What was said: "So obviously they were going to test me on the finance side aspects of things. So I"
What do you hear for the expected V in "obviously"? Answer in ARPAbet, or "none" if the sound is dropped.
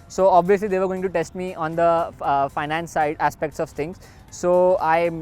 V